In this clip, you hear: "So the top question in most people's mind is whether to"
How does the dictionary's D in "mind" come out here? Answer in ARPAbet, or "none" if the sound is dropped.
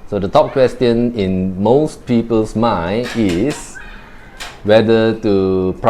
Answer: none